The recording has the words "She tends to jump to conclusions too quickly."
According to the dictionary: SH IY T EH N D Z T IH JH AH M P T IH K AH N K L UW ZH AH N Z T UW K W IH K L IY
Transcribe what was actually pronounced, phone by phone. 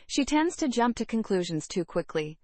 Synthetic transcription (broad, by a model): SH IY T EH N D Z T IH JH AH M P T IH K AH N K L UW ZH AH N Z T UW K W IH K L IY